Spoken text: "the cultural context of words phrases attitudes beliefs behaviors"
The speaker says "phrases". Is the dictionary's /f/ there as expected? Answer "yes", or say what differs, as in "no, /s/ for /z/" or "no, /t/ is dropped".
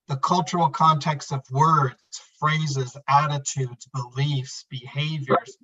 yes